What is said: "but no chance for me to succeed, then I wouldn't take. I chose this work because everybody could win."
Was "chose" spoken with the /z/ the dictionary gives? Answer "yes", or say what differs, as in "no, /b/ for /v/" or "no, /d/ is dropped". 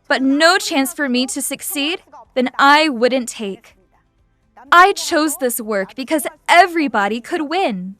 yes